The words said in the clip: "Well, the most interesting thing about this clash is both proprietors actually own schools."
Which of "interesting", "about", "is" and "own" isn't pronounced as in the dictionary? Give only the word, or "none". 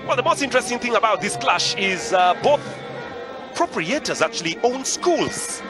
none